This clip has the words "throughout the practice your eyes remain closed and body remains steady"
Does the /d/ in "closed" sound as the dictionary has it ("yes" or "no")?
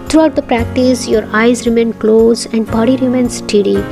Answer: no